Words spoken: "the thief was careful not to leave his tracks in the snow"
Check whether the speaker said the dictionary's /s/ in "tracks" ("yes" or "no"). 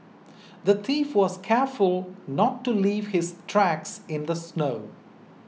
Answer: yes